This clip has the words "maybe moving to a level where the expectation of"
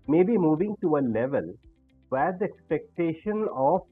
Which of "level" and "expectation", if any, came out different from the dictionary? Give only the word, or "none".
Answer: none